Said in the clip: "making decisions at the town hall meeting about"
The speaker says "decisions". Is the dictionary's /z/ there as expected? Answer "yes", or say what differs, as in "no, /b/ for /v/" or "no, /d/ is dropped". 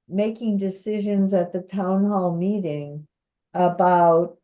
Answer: yes